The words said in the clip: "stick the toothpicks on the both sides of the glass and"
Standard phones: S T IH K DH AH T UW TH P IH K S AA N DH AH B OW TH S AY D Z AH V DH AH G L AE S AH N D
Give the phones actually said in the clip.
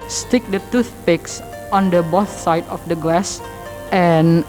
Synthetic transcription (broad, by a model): S T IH K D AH T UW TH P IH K S AA N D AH B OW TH S AY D AH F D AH G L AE S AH N